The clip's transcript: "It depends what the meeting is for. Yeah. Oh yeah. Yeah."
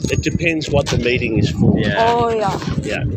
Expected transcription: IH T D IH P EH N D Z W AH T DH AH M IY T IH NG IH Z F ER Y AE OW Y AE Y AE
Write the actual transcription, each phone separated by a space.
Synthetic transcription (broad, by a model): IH T D IH P EH N D Z W AH T DH AH M IY T IH NG IH Z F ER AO OW Y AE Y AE